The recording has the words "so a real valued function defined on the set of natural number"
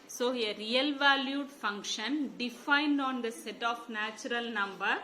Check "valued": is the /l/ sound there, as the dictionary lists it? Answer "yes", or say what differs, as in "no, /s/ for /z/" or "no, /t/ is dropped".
yes